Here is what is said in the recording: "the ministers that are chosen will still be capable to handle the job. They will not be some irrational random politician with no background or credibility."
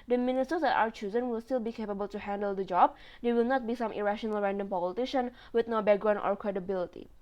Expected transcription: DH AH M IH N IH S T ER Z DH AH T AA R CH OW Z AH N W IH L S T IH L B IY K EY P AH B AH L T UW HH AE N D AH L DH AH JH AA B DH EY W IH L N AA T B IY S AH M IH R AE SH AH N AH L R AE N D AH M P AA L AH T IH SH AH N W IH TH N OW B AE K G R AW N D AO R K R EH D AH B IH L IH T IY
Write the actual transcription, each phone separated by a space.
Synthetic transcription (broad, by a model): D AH M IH N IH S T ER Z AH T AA W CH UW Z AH N W IH L S T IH L B IY K EY P AH B AH L T UW HH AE N D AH L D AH JH AA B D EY W IH L N AA T B IY S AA M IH R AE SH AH N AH L R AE N D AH M P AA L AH T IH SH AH N W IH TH N OW B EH G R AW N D AO R K R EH D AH B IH L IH T IY